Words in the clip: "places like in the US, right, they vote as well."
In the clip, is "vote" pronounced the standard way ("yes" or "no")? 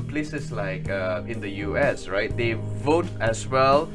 yes